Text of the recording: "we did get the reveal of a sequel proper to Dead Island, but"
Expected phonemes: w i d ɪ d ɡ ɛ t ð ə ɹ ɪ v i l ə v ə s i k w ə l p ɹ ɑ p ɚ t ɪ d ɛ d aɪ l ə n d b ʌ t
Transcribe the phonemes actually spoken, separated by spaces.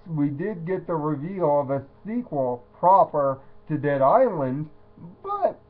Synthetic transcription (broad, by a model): w i d ɪ d ɡ ɛ t ð ə ɹ ɪ v i l ə v ə s i k w ə l p ɹ ɑ p ɚ t ɪ d ɛ d aɪ l ə n d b ʌ t